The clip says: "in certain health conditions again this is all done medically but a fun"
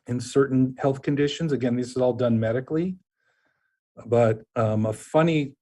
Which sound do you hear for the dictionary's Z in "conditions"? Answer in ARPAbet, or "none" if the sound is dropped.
Z